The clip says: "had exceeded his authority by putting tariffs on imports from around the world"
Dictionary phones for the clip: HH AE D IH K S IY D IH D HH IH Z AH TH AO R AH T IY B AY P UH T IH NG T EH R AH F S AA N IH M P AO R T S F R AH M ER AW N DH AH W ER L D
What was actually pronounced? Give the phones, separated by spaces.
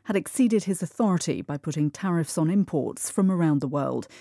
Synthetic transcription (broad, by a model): HH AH D IH K S IY D IH D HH IH Z AH TH AO R AH T IY B AY P UH T IH NG T EH R AH F S N IH M P AO R T S F R AH M ER AW N DH AH W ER L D